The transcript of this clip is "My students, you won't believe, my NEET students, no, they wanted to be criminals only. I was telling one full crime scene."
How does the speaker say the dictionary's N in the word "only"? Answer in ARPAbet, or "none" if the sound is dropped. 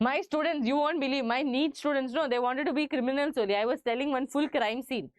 none